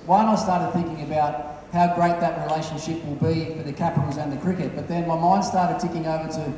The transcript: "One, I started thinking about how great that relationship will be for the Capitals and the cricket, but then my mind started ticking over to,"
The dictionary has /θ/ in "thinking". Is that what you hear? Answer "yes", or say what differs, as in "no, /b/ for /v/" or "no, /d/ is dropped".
yes